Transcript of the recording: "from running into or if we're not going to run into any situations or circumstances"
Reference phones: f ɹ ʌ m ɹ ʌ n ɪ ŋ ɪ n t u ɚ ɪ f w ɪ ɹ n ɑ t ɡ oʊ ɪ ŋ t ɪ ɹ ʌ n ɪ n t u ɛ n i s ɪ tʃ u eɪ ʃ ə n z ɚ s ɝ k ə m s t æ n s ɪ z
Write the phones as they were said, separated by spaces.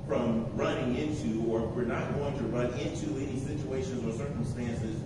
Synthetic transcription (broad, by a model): f ɹ ʌ m ɹ ʌ n ɪ ŋ ɪ n t u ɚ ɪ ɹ w ɪ ɹ n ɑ t ɡ oʊ ɪ ŋ t ɪ ɹ ʌ n ɪ n t u ɛ n i s ɪ tʃ u eɪ ʃ ə n z ɚ s ɝ k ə m s t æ n s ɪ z